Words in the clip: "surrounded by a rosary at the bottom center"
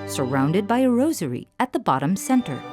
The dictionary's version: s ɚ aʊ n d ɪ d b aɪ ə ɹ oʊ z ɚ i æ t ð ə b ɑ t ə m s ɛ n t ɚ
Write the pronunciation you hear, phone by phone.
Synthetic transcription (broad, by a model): s ɚ aʊ n d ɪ d b aɪ ə ɹ oʊ z ɚ i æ t ð ə b ɑ t ə m s ɛ n t ɚ